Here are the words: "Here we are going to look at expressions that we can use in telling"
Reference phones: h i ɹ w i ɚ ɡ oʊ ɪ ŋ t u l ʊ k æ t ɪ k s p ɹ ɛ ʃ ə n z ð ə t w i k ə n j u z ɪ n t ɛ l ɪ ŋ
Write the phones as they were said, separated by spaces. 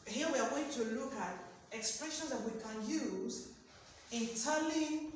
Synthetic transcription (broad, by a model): h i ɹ w i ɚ ɡ oʊ ɪ ŋ t u l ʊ k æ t ɪ k s p ɹ ɛ ʃ ə n z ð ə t w i k ə n j u z ɪ n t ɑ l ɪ